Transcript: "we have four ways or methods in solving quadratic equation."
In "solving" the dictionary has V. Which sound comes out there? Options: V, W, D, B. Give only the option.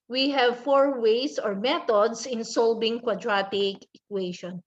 B